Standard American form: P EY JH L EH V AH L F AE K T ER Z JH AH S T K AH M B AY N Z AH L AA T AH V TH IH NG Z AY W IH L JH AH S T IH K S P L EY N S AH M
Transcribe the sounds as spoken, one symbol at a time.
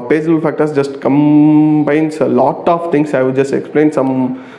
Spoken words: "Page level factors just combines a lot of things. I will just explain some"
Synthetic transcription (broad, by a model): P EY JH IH B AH L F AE K T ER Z JH AH S T K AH M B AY N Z AH L AA T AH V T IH NG S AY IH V JH AH S T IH K S P L EY N S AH M